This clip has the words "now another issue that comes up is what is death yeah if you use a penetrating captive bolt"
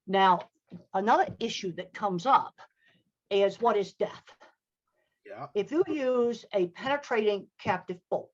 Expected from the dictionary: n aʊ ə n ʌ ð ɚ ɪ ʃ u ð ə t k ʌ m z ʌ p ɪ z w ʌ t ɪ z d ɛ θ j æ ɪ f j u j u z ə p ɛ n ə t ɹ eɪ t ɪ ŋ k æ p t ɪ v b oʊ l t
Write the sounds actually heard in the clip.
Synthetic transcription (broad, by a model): n aʊ ə n ʌ ð ɚ ɪ ʃ u ð ə t k ʌ m z ʌ p ɪ z w ʌ t ɪ z d ɛ θ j ɪ f j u j u z ə p ɛ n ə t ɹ eɪ t ɪ ŋ k æ p t ɪ v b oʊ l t